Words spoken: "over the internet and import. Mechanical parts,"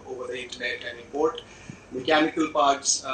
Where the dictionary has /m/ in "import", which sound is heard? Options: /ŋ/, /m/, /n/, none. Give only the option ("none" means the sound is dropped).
none